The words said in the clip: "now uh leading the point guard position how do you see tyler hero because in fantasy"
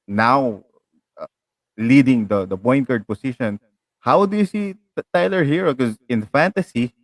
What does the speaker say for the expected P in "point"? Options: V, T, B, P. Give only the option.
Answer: B